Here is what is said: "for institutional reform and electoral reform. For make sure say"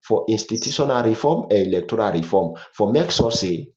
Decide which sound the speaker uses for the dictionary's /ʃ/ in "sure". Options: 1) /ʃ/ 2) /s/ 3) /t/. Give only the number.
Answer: 2